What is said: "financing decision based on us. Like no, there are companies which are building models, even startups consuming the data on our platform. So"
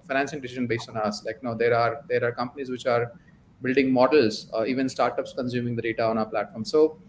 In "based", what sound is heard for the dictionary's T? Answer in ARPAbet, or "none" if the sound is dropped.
T